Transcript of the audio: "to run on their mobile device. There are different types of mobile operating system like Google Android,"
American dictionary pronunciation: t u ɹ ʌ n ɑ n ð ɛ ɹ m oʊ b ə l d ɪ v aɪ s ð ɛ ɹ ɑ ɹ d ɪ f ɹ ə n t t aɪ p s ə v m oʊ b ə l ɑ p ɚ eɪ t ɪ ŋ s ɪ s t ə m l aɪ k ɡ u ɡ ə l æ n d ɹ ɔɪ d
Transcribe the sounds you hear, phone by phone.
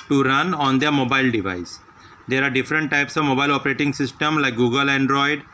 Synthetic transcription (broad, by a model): t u ɹ ʌ n ɑ n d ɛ ɹ m oʊ b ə l d ɪ v aɪ s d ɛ ɹ ɑ ɹ d ɪ f ɹ ə n t t aɪ p s ə v m oʊ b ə l ɑ p ɚ eɪ t ɪ ŋ s ɪ s t ə m l aɪ k ɡ u ɡ ə l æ n d ɹ ɔɪ d